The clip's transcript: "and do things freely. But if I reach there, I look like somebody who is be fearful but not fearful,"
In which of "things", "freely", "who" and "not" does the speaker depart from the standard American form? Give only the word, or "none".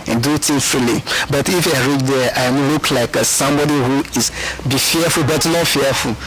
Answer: things